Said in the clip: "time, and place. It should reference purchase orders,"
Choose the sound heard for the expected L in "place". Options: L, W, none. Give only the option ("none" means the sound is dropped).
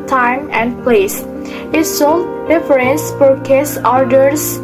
L